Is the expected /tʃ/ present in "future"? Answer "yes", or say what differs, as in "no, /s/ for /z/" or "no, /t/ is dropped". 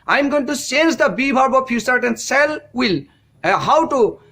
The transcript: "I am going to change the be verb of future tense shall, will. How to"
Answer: no, /s/ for /tʃ/